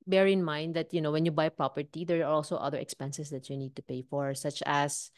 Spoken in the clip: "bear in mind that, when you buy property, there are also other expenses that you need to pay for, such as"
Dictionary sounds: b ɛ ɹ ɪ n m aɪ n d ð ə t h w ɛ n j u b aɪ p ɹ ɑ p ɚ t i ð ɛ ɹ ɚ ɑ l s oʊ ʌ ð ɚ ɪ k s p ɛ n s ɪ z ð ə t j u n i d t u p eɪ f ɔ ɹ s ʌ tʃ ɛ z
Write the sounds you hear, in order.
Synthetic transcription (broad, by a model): b ɛ ɹ ɪ n m aɪ n d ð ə t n w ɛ n j u b aɪ p ɹ ɑ p ɚ t i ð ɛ ɹ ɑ l s oʊ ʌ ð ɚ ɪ k s p ɛ n s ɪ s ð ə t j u n i d t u p eɪ f ɔ ɹ s ʌ tʃ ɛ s